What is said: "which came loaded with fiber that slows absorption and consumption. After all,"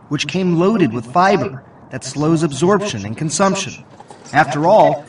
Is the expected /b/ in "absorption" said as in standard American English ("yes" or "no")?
yes